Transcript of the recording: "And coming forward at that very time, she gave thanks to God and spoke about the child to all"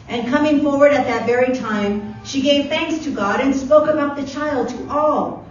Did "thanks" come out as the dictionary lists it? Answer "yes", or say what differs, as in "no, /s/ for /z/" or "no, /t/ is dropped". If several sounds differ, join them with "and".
yes